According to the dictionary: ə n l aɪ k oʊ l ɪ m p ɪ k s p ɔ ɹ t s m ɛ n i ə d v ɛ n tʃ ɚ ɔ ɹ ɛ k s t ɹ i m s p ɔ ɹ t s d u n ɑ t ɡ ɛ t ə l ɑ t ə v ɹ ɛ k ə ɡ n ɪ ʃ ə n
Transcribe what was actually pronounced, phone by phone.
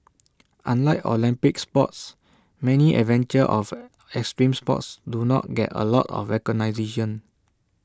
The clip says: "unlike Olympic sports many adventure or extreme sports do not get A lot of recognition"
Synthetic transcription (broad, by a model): ə n l aɪ k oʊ l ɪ m p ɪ k s p ɔ t s m ɛ n i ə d v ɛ n tʃ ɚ ɔ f ɛ k s t ɹ i m s p ɔ t s d u n ɑ t ɡ ɛ t ə l ɑ t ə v ɹ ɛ k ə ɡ n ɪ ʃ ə n